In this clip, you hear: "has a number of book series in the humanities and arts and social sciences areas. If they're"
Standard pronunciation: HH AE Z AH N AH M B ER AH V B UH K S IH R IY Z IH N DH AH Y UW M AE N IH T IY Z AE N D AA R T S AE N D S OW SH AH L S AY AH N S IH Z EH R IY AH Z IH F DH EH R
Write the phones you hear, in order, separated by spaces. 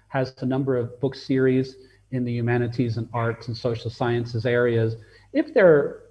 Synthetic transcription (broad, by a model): HH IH Z AH N AH M B ER AH V B UH K S IH R IY Z IH N DH AH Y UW M AE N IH T IY Z N AA R T S N S OW SH L S AY AH N S IH Z EH R IY AH Z IH F DH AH R